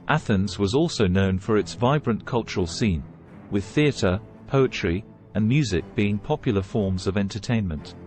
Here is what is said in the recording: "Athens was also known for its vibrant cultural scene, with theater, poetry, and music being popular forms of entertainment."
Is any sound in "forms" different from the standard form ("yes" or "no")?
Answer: no